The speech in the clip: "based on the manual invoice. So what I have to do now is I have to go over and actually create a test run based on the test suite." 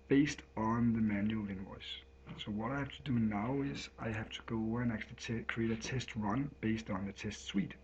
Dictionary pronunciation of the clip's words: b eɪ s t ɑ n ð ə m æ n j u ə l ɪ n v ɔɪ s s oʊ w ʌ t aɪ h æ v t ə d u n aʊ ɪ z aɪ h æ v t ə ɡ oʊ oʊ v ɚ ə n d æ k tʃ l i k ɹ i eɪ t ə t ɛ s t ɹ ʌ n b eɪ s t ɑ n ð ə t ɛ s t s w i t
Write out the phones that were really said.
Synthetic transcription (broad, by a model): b eɪ s t n ð ə m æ n j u l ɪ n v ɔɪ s s oʊ w ʌ t aɪ h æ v t ə d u n aʊ ɪ z aɪ h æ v t ə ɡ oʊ oʊ ʊ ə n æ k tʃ i k ɹ i eɪ t ə t ɛ s t ɹ ʌ n b eɪ s t n ð ə t ɛ s t s w i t